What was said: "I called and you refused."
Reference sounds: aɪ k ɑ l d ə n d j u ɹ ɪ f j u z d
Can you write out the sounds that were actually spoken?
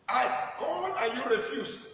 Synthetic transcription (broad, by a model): aɪ k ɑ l ə j u ɹ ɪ f j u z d